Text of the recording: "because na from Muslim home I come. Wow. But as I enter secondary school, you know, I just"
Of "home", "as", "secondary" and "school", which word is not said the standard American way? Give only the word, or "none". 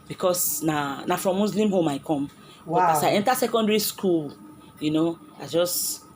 as